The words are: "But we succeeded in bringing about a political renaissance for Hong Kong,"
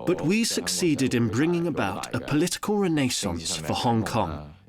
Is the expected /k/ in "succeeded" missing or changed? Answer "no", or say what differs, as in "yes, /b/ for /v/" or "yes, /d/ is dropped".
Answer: no